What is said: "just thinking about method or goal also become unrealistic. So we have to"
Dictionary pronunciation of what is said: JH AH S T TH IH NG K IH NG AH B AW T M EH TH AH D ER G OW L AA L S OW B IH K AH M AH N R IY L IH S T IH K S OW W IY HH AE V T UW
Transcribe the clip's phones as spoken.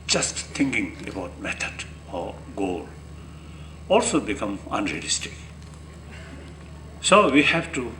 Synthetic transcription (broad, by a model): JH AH S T T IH NG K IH NG AH B AW T M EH T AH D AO G OW L AA L S OW B IH K AH M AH N R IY L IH S T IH K S OW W IY HH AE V T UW